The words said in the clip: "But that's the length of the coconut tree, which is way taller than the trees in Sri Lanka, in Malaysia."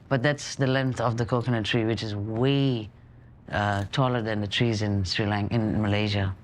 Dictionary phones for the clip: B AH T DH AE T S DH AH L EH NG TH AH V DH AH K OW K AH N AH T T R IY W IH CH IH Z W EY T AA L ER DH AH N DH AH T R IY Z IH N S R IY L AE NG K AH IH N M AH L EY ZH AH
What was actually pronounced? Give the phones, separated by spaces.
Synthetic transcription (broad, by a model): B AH T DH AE T S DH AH L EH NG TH AH V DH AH K OW K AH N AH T T R IY W IH CH IH Z W EY T AA L ER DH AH N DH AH T R IY Z IH N S R IY L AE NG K IH N M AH L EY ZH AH